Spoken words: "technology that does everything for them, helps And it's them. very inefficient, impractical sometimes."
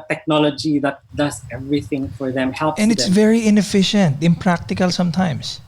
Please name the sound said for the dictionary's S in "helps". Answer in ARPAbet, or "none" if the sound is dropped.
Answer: none